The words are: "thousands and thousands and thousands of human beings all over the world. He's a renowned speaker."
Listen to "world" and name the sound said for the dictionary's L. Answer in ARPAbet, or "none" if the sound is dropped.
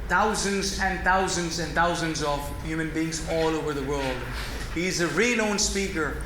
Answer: L